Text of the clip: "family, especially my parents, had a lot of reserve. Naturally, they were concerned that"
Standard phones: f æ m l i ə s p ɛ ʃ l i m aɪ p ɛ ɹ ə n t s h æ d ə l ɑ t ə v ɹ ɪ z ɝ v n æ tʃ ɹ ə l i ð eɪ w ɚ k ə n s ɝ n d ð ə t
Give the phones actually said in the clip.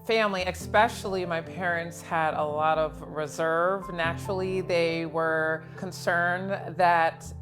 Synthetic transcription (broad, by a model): f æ m l i ə s p ɛ ʃ l i m aɪ p ɛ ɹ ə n t s h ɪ d ə l ɑ t ə v ɹ ɪ z ɝ v n æ tʃ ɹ l i ð eɪ w ɚ k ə n s ɝ n ð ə t